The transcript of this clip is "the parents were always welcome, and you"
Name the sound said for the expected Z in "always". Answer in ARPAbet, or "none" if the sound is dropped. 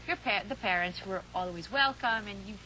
Z